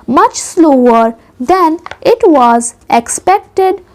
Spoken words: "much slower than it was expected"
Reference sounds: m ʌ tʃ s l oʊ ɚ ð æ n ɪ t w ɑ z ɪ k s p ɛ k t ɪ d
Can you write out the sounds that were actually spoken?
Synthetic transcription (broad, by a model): m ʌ tʃ s l oʊ ɚ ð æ n ɪ t w ɑ z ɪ k s p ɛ k t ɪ d